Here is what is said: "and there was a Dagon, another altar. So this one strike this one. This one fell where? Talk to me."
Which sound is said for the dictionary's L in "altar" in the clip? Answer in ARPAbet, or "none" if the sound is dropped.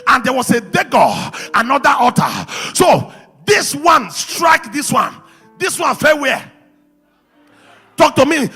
none